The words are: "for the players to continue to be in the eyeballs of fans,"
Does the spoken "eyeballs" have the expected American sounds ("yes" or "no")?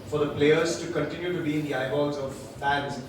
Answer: no